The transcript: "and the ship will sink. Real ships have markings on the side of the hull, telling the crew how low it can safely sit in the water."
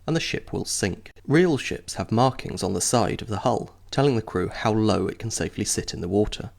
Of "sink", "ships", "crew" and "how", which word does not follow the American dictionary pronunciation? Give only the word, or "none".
none